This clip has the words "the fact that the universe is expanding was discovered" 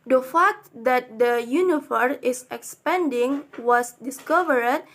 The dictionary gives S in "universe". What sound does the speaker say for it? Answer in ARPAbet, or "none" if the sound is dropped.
none